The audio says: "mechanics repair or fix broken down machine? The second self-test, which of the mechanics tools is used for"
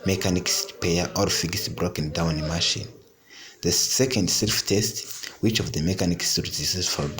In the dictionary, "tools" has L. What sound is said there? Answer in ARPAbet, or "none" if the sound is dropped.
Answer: none